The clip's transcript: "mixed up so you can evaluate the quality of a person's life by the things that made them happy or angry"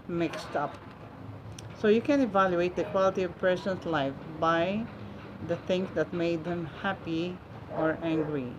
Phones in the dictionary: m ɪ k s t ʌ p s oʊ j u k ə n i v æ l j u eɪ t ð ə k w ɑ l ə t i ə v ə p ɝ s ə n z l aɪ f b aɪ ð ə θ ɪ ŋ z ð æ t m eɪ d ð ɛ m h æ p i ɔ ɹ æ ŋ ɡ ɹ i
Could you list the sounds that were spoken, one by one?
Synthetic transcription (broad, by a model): m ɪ k s t ʌ p s oʊ j u k ə n i v æ l j u eɪ t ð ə k w ɑ l ə t i ə v p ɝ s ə n s l aɪ f b aɪ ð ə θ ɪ ŋ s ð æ t m eɪ d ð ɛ m h æ p i ɔ ɹ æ ŋ ɡ ɹ i